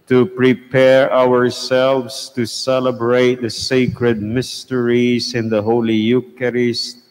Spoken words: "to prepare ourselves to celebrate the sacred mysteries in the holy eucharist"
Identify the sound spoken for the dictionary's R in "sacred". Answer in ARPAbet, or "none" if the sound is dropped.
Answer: R